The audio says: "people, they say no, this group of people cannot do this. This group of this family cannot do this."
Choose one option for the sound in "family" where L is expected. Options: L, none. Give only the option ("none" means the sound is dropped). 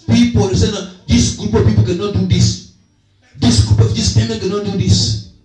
none